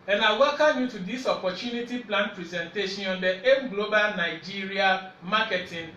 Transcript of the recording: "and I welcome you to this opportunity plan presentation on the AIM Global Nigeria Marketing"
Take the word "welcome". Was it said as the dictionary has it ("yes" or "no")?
no